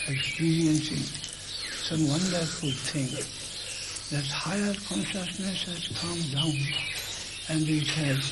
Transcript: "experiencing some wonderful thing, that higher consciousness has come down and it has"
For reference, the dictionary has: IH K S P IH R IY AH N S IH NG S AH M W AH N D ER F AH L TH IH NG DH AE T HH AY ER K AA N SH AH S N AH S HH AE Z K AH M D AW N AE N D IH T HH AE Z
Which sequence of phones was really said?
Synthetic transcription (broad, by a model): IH K S P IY R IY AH N S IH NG S AH M W AH N D ER F AH L T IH NG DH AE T HH AY ER K AA N SH AH S N AH S HH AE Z K AH M D AW N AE N D IH T HH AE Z